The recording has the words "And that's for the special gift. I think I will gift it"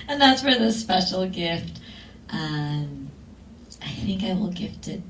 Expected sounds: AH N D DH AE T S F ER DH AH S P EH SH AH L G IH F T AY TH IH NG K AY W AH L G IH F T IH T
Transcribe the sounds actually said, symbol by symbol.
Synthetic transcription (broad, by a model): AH N DH AE T S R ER DH AH S P EH SH L G IH F T AY TH IH NG K AY W AH L G IH F T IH T